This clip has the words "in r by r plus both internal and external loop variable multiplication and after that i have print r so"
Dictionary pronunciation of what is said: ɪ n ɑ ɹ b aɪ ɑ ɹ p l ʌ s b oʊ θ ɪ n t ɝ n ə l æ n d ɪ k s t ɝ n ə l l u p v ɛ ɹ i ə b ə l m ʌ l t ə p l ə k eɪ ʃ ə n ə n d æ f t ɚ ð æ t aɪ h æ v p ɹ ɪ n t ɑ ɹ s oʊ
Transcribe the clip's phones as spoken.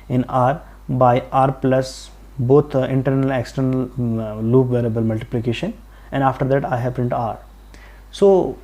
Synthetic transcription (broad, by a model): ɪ n ɑ ɹ b aɪ ɑ ɹ p l ʌ s b oʊ t ɪ n t ɝ n ə l ɪ k s t ɝ n ə l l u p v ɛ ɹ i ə b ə l m ʌ l t ə p l ə k eɪ ʃ ə n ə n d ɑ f t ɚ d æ t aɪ h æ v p ɪ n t ɑ ɹ s oʊ